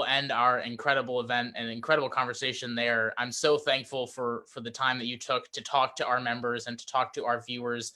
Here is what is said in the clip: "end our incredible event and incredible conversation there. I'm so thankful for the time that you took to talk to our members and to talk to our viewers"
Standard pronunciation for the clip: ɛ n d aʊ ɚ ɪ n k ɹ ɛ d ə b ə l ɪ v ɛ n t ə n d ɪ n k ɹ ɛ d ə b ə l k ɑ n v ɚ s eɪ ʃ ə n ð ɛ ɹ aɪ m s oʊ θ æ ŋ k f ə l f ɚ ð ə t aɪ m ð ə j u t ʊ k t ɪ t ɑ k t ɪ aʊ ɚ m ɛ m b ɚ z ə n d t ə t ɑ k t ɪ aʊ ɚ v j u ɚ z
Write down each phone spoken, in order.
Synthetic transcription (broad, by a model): ɛ n d aʊ ɚ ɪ n k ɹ ɛ d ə b l ɪ v ɛ n t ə n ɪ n k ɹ ɛ d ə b l k ɑ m v ɚ s eɪ ʃ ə n ð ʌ ɹ aɪ m s oʊ θ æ ŋ k f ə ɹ f ɚ ð ə t aɪ m ð ə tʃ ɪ t ʊ k t ɪ t ɑ k t ɪ aʊ ɚ m ɛ m b ɚ z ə n t ə t ɑ k t ɪ aʊ ɚ v j u ɚ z